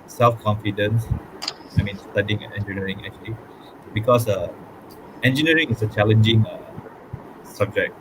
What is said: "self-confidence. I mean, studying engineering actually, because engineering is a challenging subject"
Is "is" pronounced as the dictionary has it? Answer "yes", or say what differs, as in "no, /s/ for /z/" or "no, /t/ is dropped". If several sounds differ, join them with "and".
no, /s/ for /z/